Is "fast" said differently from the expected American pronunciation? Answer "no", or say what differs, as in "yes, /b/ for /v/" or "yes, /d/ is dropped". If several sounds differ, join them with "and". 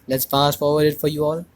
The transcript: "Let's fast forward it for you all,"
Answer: yes, /p/ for /f/